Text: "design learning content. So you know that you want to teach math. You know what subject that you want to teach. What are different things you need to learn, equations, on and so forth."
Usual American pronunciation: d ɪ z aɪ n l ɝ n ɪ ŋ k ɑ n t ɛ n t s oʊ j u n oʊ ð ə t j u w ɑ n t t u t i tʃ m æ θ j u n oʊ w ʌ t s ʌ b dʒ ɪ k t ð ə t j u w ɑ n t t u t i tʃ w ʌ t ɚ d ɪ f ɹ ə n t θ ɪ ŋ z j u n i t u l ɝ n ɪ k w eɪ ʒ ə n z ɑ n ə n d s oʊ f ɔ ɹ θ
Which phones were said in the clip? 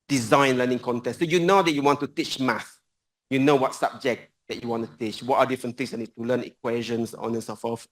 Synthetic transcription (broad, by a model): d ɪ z aɪ n l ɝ n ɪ ŋ k ɑ n t ɛ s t s oʊ j u n oʊ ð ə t j u w ɑ n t t u t i tʃ m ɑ s j u n oʊ w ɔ t s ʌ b dʒ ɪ k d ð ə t j u w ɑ n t t u t i tʃ w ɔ t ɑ d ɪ f ɹ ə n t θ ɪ ŋ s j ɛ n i t u l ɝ n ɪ k w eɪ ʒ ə n s ɑ n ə n s oʊ f ɔ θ